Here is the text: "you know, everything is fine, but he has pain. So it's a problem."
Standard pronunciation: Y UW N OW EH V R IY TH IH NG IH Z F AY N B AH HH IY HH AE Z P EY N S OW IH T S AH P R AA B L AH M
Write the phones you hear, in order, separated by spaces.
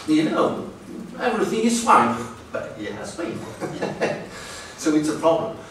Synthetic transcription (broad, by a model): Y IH N OW EH V R IY TH IH NG IH Z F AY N B AH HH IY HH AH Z B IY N S OW IH T S AH P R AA B L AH M